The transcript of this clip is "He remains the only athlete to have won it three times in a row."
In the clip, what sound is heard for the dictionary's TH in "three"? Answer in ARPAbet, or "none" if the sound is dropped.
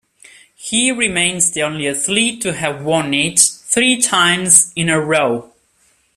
TH